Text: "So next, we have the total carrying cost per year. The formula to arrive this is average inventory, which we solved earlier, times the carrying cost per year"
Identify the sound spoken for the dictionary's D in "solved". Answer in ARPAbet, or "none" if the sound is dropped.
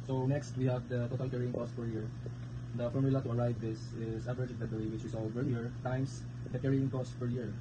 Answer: none